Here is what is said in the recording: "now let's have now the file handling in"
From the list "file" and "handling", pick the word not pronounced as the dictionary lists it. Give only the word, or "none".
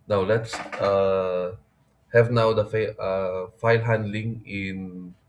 none